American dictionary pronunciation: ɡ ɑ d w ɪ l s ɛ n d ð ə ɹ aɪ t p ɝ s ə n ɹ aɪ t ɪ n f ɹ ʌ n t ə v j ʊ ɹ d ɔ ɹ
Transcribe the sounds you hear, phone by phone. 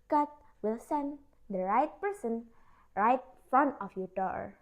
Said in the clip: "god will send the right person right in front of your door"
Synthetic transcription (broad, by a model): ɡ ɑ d w ɪ l s ɛ n d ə ɹ aɪ t p ɝ s ə n ɹ aɪ t f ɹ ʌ n ə f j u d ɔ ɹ